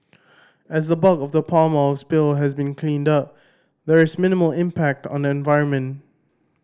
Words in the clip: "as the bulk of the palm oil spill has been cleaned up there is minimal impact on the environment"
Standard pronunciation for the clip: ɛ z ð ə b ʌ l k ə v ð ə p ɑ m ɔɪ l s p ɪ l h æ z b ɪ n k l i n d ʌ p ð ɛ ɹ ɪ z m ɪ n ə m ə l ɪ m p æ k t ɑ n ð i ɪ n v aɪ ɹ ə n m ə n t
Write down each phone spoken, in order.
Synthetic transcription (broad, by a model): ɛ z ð ə b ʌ k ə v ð ə p ɑ m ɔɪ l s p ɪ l h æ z b ɪ n k l i n d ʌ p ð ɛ ɹ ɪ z m ɪ n ə m ə l ɪ m p æ k t ɑ n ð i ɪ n v aɪ ɹ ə n m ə n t